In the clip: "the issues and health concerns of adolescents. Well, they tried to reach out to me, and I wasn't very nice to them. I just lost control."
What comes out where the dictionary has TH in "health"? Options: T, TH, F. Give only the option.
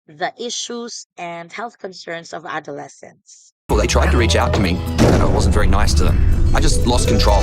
TH